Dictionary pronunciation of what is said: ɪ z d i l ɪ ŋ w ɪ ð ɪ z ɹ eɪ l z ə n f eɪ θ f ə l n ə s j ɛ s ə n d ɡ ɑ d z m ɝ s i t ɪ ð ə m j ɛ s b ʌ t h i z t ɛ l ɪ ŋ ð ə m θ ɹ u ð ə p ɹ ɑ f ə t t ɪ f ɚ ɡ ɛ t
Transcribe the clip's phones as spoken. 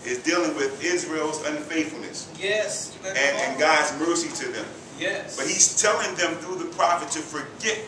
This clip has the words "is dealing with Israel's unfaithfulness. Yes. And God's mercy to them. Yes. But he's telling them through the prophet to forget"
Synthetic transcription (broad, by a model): ɪ z d i l ɪ ŋ w ɪ ð ɪ z ɹ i l z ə n f eɪ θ f l n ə s j ɛ s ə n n ɡ ɑ d z m ɝ s i t ɪ ð ə m j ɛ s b ʌ t h i z t ɛ l ɪ ŋ ð ə m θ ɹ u ð ə p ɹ ɑ f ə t t ɪ f ɚ ɡ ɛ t